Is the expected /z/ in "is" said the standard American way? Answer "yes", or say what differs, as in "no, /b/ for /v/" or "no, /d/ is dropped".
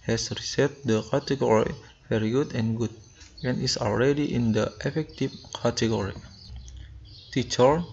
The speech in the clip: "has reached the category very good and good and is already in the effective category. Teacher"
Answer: no, /s/ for /z/